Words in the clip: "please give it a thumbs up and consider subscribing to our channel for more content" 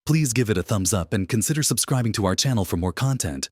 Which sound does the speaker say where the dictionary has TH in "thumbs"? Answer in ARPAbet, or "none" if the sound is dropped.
TH